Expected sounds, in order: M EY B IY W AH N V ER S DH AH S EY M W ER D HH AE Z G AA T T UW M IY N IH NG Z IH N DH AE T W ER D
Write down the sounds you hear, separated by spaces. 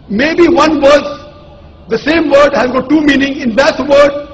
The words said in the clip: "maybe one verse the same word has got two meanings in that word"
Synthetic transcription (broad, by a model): M EY B IY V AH N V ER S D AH S EY M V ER D HH AE Z G AA T T UW M IY N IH NG IH N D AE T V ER D